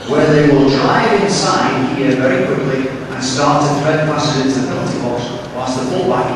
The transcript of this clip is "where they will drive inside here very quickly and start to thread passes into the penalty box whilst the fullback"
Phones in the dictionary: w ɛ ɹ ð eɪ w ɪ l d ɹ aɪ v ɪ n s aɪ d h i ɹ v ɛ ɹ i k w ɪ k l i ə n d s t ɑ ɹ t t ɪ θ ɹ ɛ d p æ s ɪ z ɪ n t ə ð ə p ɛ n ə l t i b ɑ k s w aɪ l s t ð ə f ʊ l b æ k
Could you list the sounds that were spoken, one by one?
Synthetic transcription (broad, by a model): w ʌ ɹ ð eɪ w ɪ l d ɹ aɪ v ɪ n s aɪ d h i ɹ v ɛ ɹ i k w ɪ k l i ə n s t ɑ ɹ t t ɪ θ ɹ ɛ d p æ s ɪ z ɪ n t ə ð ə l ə t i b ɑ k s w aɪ s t ð ə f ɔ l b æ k